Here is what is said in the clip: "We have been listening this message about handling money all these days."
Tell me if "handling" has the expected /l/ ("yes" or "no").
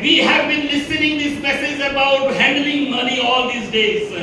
yes